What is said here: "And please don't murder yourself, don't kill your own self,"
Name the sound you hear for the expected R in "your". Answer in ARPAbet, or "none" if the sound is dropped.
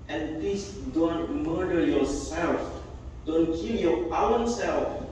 W